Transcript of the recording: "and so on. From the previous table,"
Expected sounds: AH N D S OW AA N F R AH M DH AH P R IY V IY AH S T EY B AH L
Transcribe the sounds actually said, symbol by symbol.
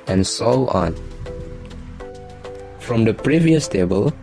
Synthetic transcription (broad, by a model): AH N S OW AA N F R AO M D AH P R IY V IY AH S T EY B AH L